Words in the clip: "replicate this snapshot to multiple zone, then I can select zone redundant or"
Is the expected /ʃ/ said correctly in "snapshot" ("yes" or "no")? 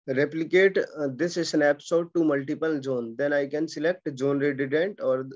no